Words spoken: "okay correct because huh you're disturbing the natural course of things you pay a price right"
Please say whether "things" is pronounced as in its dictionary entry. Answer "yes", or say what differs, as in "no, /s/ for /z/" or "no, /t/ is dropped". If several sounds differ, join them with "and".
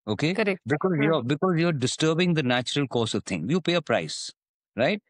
no, /t/ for /θ/ and /z/ is dropped